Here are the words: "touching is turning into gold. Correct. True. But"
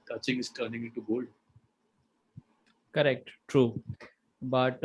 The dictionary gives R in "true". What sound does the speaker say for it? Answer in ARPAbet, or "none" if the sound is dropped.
R